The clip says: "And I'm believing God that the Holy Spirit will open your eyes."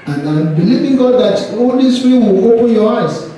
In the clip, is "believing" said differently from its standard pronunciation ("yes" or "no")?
no